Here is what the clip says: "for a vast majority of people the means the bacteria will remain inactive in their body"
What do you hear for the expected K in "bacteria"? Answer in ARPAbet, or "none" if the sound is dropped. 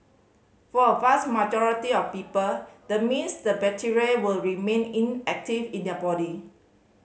none